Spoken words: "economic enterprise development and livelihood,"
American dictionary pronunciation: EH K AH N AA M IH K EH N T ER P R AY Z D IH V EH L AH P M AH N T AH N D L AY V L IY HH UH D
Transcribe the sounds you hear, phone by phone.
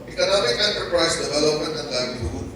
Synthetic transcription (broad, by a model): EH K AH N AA M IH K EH N T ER P R AY S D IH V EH L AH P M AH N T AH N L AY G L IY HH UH